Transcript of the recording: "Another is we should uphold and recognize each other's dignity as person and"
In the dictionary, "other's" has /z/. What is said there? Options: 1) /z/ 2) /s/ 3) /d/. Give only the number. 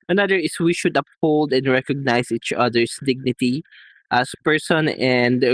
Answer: 2